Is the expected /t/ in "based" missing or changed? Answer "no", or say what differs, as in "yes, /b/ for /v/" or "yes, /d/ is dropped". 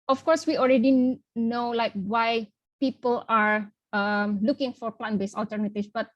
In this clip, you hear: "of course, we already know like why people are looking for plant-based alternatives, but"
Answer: yes, /t/ is dropped